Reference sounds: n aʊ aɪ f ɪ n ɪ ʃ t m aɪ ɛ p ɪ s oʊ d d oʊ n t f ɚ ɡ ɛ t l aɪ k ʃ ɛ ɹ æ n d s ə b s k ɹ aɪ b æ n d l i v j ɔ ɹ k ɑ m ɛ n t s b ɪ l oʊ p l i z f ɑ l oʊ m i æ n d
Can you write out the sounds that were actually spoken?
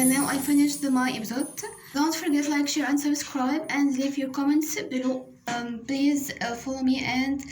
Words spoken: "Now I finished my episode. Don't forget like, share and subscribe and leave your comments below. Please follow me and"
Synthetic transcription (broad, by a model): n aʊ aɪ f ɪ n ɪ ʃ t m aɪ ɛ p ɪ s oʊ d d oʊ n t f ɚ ɡ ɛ t l aɪ k ʃ ɛ ɹ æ n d s ə b s k ɹ aɪ b æ n d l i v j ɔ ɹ k ɑ m ɛ n t s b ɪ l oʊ p l i z f ɑ l oʊ m i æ n d